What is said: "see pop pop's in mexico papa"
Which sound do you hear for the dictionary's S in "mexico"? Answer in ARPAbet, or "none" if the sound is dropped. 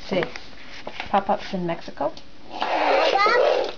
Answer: S